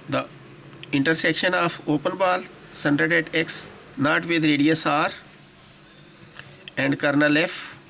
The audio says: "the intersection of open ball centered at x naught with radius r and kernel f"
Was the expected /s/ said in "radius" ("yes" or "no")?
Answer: yes